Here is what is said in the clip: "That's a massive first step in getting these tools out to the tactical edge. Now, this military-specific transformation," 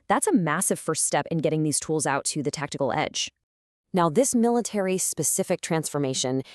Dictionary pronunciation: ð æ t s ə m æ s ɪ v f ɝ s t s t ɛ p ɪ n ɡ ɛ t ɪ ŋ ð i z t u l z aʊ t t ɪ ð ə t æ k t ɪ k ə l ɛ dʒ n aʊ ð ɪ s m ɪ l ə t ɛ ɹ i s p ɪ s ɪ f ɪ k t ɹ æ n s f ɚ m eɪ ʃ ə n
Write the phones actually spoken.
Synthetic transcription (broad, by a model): ð æ t s ə m æ s ɪ v f ɝ s t s t ɛ p ɪ n ɡ ɛ t ɪ ŋ ð i z t u l z aʊ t t ɪ ð ə t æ k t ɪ k l ɛ dʒ n aʊ ð ɪ s m ɪ l ə t ɛ ɹ i s p ɪ s ɪ f ɪ k t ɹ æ n s f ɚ m eɪ ʃ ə n